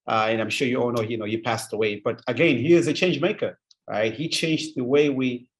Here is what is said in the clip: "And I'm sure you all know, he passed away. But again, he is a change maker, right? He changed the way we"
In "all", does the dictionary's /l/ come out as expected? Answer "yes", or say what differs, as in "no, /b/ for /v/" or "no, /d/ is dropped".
no, /n/ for /l/